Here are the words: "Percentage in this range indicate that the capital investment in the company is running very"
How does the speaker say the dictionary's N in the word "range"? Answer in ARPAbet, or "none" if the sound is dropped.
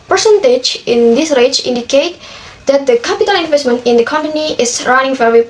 none